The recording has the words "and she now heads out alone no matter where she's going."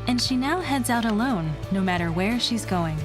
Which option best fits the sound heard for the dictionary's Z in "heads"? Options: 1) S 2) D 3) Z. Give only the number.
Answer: 3